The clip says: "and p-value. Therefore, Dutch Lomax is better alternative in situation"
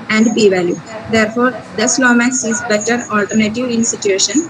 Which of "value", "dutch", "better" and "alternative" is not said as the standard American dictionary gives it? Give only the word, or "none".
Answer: dutch